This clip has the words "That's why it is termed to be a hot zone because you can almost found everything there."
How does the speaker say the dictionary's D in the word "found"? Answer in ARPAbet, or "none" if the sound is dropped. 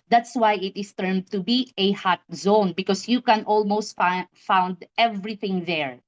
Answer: D